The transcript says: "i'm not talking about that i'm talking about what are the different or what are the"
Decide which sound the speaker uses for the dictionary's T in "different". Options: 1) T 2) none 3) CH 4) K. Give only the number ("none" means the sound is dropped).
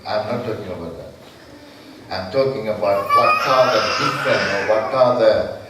2